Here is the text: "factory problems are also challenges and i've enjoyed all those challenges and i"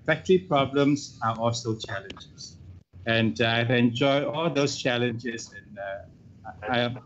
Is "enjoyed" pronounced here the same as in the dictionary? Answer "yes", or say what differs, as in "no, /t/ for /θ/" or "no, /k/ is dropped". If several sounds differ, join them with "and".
no, /d/ is dropped